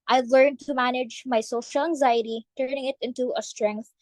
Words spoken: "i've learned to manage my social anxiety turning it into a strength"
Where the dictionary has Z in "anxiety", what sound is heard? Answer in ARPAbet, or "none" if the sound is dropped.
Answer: Z